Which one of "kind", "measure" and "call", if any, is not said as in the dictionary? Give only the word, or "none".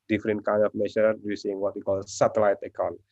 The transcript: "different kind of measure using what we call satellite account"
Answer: measure